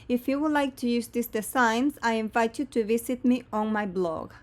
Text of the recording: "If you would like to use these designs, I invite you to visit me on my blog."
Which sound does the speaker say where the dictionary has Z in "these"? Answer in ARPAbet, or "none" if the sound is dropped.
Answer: S